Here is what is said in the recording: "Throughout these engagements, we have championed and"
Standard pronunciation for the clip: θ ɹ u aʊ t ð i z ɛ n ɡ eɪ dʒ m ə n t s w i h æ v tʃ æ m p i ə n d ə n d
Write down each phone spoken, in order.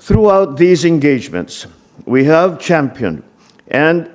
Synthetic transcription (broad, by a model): θ ɹ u aʊ t ð i z ɛ n ɡ eɪ dʒ m ə n t s w i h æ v tʃ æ m p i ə n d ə n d